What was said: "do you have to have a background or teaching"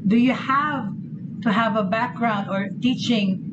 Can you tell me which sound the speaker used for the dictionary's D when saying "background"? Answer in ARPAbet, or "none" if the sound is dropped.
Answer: D